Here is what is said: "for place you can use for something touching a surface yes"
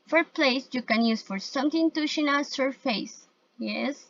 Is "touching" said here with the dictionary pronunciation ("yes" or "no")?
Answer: no